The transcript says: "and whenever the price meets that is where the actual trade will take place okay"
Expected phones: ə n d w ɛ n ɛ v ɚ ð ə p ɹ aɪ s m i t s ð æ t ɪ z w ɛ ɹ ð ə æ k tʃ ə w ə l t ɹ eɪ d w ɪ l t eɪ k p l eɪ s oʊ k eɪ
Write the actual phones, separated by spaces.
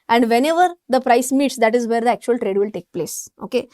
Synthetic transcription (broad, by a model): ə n d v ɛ n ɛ v ɚ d ə p ɹ aɪ s m i t s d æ t ɪ z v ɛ ɹ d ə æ k tʃ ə ə l t ɹ eɪ d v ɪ l t eɪ k p l eɪ s oʊ k eɪ